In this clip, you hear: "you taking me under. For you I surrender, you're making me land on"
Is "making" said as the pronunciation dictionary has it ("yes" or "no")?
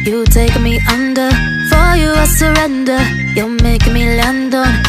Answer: no